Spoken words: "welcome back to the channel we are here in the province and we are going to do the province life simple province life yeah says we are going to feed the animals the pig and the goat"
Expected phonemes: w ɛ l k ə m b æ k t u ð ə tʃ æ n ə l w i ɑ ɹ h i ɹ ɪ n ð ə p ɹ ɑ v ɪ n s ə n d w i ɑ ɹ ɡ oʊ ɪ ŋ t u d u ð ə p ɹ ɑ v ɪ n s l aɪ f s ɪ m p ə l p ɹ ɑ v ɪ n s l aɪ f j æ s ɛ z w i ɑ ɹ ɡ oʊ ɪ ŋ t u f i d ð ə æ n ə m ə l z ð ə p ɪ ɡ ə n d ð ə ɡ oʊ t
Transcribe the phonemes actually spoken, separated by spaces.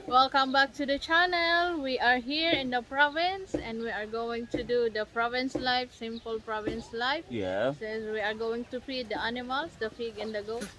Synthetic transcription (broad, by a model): w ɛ l k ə m b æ k t u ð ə tʃ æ n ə l w i ɑ ɹ h i ɹ ɪ n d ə p ɹ ɑ v ɪ n s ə n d w i ɑ ɹ ɡ oʊ ɪ ŋ t u d u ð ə p ɹ ɑ v ɪ n s l aɪ f s ɪ m p ə l p ɹ ɑ v ɪ n s l aɪ f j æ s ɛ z w i ɑ ɹ ɡ oʊ ɪ ŋ t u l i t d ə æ n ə m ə l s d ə f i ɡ ə n d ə ɡ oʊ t